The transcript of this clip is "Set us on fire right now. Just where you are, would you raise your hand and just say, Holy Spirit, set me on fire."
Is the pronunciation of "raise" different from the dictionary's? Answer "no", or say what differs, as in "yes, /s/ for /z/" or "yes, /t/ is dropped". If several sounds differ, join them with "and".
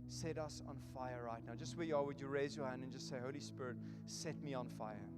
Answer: no